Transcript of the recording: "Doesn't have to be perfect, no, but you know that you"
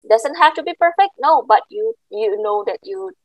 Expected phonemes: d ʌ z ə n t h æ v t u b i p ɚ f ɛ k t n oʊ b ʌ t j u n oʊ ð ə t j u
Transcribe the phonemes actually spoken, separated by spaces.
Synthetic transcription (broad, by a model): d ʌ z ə n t h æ f t u b i p ɚ f ɛ k t n oʊ b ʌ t j u n oʊ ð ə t j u